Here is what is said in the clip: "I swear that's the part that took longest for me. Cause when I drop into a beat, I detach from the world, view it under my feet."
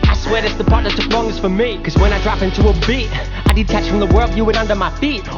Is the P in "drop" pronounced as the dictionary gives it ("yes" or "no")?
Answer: yes